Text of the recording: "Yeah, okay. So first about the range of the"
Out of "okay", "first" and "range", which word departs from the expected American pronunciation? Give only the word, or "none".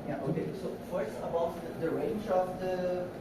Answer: first